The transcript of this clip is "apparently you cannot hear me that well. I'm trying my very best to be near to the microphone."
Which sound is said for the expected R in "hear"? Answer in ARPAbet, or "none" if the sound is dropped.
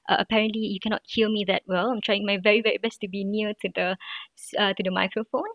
L